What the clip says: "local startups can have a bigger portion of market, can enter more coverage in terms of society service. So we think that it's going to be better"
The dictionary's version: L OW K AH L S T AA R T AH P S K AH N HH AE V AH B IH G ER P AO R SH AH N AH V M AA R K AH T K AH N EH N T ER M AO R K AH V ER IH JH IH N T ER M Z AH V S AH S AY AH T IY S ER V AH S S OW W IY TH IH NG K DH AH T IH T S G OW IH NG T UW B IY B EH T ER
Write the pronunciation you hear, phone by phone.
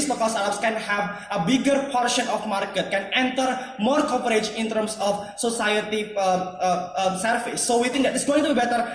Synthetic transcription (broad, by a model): L OW K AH L S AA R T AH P S K AH N HH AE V AH B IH G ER P AO R SH AH N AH F M AA R K AH T K AH N EH N T ER M AO R K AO P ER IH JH IH N T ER M S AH F S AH S AY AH T IY S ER F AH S S OW W IY T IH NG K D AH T IH T S G OW IH NG T UW B IY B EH T ER